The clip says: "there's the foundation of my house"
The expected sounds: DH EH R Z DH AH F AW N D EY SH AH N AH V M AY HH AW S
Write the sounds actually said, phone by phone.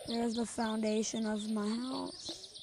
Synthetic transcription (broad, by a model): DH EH R Z DH AH F AW N D EY SH AH N AH V M AY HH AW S